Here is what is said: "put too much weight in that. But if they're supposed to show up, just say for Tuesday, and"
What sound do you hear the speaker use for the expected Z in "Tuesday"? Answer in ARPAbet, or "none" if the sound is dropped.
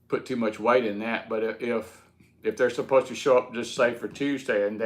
Z